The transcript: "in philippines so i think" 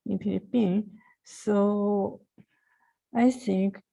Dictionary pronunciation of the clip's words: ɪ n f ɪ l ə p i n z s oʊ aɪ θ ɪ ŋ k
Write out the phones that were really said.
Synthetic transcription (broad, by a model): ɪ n p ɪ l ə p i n s oʊ aɪ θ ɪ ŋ k